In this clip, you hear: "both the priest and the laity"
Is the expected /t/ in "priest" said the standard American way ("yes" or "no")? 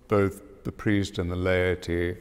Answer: yes